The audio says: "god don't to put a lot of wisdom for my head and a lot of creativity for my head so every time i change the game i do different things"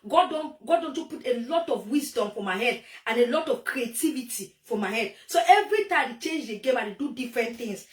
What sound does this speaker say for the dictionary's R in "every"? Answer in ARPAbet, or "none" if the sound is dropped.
R